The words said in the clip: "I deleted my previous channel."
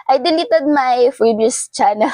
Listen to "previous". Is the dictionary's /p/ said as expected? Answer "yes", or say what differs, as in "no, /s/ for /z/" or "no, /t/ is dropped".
no, /f/ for /p/